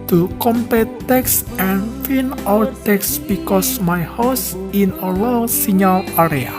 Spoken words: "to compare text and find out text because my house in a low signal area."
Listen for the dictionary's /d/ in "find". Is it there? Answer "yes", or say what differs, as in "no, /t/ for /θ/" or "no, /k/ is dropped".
no, /d/ is dropped